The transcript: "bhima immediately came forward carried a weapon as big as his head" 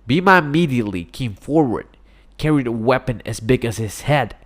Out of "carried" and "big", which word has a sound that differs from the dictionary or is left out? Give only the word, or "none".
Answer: none